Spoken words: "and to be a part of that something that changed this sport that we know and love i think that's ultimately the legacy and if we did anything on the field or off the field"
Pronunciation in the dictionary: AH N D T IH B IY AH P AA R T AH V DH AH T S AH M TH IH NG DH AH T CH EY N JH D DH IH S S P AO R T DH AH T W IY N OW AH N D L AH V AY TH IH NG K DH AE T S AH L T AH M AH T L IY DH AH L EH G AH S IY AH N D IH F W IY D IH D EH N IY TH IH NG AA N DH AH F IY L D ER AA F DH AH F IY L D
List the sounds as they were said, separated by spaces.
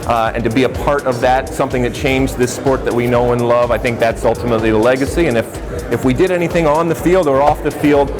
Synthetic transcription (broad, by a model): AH N T IH B IY AH P AA R T AH V DH AH T S AH M TH IH NG DH AH T CH EY N JH DH IH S S P AO R T DH AH T W IY N OW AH N L AH V AY TH IH NG K DH AE T S AH L T AH M AH T L IY DH AH L EH G AH S IY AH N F IH F W IY D IH D EH N IY TH IH NG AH N DH AH F IY L D ER AA F DH AH F IY L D